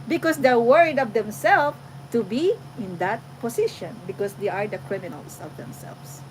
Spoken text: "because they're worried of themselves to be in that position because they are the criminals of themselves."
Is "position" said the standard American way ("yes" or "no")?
no